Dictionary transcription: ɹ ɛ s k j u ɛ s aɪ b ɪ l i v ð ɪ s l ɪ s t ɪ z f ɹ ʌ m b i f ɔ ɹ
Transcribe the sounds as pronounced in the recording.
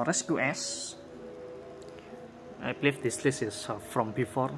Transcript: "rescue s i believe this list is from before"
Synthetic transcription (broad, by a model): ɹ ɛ s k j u ɛ s aɪ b l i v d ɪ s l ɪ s ɪ s f ɹ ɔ m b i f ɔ ɹ